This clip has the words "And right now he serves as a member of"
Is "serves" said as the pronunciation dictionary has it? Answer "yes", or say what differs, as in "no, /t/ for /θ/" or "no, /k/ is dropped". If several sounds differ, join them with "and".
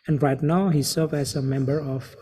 no, /z/ is dropped